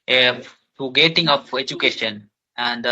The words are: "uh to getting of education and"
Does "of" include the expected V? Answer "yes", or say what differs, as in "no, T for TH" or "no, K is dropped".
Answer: no, P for V